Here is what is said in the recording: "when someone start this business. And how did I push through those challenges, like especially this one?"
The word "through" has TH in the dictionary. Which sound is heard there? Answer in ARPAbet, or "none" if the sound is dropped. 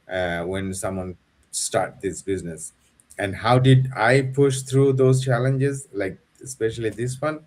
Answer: T